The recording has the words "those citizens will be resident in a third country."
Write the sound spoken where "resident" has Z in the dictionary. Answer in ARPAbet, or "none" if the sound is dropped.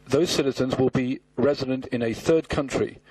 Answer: Z